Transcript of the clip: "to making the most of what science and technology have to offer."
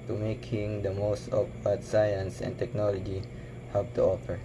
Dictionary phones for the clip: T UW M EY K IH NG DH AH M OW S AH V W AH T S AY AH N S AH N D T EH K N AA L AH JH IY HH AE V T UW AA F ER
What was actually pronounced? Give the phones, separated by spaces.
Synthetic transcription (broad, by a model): T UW M EY K IH NG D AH M OW S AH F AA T S AY AH N S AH N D T EH K N AA L AH JH IY HH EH P T UW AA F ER